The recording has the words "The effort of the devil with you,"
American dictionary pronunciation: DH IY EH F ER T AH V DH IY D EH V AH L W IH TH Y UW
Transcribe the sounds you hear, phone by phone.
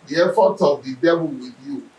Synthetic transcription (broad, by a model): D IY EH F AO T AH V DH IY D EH B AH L W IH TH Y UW